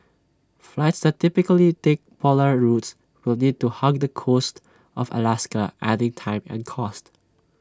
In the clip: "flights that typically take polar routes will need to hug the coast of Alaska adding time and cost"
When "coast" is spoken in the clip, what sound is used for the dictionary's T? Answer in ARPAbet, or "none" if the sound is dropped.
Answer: T